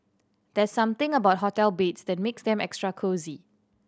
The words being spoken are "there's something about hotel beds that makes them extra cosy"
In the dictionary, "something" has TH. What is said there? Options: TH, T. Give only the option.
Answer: T